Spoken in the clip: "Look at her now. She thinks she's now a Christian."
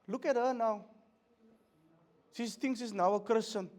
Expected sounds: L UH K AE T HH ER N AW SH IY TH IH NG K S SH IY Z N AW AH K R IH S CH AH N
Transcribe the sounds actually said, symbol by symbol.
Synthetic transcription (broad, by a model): L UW K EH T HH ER N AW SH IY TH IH NG S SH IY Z N AW AH K R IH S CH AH N